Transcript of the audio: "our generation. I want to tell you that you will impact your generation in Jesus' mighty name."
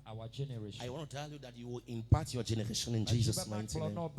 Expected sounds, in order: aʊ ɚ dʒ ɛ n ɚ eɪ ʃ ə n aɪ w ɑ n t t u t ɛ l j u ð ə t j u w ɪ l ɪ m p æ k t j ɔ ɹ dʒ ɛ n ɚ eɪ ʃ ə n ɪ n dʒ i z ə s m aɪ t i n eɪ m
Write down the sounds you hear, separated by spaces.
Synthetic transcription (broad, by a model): aʊ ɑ dʒ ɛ n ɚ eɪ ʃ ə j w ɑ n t t u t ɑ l j u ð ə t j u w ɪ l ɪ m p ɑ t j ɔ dʒ ɛ n ɚ eɪ ʃ ə n ɪ n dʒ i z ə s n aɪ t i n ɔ